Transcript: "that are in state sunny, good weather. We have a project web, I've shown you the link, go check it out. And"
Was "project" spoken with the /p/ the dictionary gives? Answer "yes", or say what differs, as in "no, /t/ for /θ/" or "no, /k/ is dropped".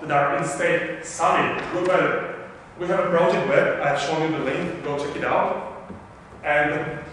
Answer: no, /b/ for /p/